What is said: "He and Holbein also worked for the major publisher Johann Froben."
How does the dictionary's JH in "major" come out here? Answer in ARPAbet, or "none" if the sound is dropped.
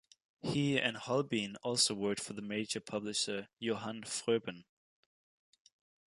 JH